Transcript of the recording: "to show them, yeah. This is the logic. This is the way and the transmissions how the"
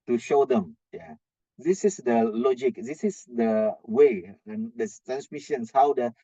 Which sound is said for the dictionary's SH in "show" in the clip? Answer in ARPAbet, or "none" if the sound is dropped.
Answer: SH